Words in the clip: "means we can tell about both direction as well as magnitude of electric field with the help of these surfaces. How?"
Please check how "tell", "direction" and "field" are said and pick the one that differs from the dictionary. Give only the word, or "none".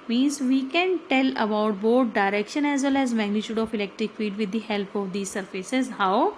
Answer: field